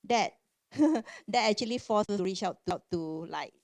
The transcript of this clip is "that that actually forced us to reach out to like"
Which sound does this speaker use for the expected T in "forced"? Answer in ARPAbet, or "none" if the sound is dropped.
none